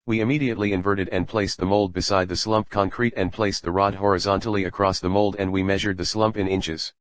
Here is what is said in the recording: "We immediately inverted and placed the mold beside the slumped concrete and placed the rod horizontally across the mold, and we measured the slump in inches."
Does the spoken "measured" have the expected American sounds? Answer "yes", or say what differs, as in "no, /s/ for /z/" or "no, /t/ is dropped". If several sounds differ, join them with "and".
yes